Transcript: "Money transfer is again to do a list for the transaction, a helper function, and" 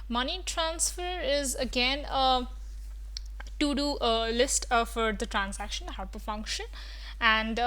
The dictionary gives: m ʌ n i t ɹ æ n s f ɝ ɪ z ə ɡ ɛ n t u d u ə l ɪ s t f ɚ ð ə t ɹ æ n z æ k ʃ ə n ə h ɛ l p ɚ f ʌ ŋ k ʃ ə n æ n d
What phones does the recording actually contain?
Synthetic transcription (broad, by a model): m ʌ n i t ɹ æ n s f ɝ ɪ z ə ɡ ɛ n t u d u ə l ɪ s t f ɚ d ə t ɹ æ n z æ k ʃ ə n ə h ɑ p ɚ f ʌ ŋ k ʃ ə n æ n d